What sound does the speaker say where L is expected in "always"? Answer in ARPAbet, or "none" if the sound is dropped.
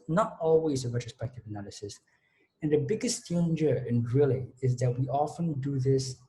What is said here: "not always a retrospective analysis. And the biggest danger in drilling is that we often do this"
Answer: L